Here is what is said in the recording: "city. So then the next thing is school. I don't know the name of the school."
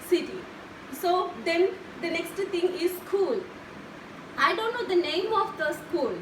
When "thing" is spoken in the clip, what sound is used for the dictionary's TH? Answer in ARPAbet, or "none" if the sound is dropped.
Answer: T